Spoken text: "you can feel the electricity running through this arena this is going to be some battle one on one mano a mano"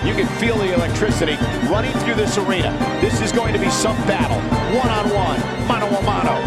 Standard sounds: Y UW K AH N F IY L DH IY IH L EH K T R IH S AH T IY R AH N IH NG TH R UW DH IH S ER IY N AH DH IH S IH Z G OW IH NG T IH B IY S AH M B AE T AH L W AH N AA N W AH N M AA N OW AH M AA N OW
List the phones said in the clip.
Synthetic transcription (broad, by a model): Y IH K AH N F IY L DH IY IH L EH K T R IH S AH T IY R AH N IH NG TH R UW DH IH S ER IY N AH DH IH S IH Z G OW IH NG T IH B IY S AH M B AE T L W AH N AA N W AH N M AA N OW AH M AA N OW